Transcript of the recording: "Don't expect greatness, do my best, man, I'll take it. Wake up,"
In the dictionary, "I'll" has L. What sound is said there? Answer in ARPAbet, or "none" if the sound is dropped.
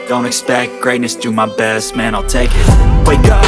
L